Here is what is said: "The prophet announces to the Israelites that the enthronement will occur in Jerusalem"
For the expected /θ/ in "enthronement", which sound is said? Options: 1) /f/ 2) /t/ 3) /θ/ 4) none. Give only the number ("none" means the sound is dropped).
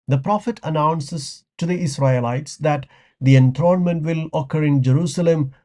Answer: 2